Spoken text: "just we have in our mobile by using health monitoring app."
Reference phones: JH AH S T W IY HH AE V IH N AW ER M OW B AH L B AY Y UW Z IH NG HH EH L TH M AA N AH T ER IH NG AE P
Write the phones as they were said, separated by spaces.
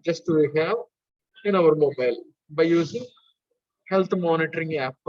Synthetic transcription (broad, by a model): JH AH S T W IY HH AE V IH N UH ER M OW B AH L B AY Y UW Z IH NG HH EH L T M AA N AH T ER IH NG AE P